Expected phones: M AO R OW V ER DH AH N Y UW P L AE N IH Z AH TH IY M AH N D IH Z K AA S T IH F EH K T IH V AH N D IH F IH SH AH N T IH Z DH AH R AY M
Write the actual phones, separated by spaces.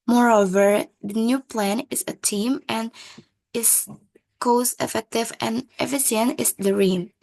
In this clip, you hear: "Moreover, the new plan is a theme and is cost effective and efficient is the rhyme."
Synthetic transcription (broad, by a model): M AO R OW V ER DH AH N Y UW P L AE N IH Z AH T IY M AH N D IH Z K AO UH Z IH F EH K T IH V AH N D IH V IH S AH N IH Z DH AH R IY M